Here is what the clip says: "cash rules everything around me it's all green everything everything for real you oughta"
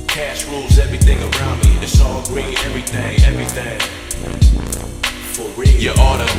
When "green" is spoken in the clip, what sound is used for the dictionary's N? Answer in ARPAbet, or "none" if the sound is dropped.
none